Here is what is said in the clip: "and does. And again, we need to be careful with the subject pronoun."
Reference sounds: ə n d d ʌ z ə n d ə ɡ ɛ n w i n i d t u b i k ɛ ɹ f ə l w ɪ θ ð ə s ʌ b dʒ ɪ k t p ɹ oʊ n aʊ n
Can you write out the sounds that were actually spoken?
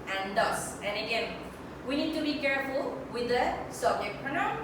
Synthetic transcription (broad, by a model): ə n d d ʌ s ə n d ə ɡ ɛ n w i n i d t u b i k ɛ ɹ f ə l w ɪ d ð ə s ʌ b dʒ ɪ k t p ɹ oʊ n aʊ